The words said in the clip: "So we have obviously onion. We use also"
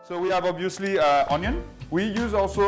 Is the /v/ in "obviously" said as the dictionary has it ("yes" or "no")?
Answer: no